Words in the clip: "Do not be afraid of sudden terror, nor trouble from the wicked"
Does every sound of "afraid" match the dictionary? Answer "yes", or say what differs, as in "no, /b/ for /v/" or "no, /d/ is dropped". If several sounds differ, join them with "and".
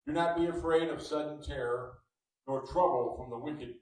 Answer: yes